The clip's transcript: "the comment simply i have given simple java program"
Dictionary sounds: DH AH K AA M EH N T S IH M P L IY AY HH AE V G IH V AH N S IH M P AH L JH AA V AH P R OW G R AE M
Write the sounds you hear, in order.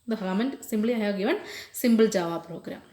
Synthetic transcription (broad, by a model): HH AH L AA M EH N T S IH M B L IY AY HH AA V G IH V AH N S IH M B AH L JH AA V AH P R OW G R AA M